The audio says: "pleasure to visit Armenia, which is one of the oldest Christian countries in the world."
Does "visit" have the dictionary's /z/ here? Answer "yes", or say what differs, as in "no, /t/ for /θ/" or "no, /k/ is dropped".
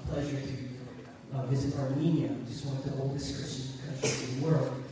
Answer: yes